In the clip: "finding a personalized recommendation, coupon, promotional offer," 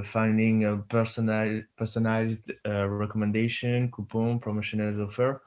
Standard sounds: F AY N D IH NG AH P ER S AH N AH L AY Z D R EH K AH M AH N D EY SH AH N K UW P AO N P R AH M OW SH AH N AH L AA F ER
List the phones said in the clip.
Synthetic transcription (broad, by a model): F AY N D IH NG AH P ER S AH N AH IH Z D R EH K AH M AH N D EY SH AH N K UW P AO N P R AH M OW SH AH N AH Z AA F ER